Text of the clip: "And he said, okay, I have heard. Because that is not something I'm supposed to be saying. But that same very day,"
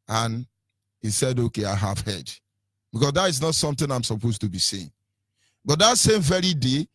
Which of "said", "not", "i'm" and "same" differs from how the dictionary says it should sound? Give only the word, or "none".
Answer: none